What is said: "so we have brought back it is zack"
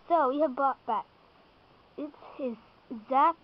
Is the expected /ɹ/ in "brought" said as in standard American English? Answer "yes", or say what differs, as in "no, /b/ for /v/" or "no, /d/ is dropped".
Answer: no, /ɹ/ is dropped